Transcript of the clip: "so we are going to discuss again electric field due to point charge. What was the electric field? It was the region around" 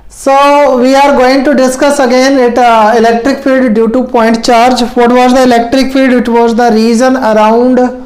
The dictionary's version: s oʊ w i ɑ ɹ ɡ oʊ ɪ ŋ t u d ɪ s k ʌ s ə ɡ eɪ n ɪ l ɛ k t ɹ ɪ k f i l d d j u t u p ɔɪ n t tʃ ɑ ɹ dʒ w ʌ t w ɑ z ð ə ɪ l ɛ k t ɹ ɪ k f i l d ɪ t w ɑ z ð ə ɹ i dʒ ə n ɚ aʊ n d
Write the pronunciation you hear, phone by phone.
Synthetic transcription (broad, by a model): s oʊ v i ɑ ɹ ɡ oʊ ɪ ŋ t u d ɪ s k ʌ s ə ɡ eɪ n ɪ l ɛ k t ɹ ɪ k f i l d d j u t u p ɔɪ n t tʃ ɑ ɹ dʒ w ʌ t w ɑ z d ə ɪ l ɛ k t ɹ ɪ k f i l d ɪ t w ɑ z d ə ɹ i z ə n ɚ aʊ n d